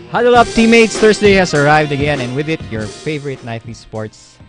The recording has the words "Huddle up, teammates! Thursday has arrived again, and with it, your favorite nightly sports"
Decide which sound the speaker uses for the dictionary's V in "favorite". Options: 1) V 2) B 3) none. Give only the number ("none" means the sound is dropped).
1